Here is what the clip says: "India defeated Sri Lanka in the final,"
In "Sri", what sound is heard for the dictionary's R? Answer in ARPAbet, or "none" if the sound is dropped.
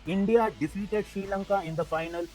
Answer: none